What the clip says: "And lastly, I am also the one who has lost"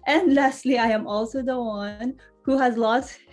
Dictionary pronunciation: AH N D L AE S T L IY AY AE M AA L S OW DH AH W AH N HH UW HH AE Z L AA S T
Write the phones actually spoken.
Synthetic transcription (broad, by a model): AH N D L AE S T L IY AY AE M AA L S OW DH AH W AH N HH UW HH AE Z L AA S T